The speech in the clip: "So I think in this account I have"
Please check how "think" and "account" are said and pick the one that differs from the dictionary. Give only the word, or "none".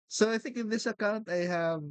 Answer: none